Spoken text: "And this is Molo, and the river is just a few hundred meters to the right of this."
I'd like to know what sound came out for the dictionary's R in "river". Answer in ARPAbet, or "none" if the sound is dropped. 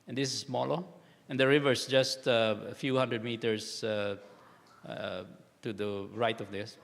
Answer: R